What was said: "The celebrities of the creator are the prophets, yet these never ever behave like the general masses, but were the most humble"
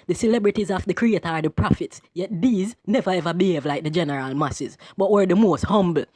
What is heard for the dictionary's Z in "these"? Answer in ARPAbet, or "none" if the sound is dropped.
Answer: Z